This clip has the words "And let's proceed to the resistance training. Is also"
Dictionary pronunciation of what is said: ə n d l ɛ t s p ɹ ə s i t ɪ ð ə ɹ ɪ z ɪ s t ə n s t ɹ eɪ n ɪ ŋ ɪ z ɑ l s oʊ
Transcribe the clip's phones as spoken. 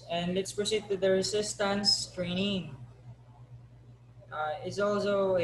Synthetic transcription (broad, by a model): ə n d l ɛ t s p ɹ ə s i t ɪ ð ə ɹ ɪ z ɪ s t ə n s t ɹ eɪ n ɪ ŋ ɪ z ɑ l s oʊ